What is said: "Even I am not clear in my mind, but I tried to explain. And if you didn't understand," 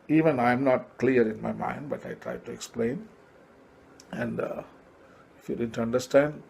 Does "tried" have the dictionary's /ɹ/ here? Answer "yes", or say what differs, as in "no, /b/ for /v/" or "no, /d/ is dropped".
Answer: yes